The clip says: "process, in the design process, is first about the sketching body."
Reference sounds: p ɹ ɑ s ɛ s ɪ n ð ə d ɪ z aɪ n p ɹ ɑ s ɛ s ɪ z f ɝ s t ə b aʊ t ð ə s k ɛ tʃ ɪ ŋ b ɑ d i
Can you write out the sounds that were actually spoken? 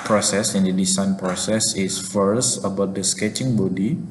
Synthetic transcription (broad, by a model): p ɹ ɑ s ɛ s ɪ n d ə d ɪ s aɪ n p ɹ ɑ s ɛ s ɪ s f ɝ s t ə b aʊ t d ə s k ɛ tʃ ɪ ŋ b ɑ d i